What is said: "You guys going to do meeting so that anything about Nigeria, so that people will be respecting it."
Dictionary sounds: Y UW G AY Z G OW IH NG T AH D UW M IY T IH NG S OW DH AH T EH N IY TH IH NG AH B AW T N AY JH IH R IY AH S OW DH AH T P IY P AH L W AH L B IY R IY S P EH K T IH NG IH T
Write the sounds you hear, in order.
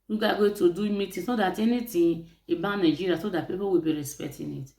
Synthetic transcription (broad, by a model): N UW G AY G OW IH T AH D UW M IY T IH S OW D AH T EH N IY T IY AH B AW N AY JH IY R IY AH S OW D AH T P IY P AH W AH B IY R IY S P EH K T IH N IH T